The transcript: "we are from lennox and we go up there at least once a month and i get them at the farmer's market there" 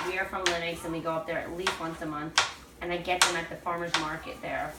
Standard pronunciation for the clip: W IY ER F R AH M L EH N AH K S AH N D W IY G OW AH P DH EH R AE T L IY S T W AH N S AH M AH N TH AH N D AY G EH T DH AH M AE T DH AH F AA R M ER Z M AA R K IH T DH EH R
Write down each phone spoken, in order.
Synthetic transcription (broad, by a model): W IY ER F R AH M L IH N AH K S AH N W IY G OW AH P DH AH R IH T L IY S T W AH N S AH M AH N TH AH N AY G EH T DH AH M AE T DH AH F AA R M ER Z M AA R K IH T DH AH R